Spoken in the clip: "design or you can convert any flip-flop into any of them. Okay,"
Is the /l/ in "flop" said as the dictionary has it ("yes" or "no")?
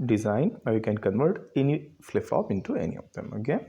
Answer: no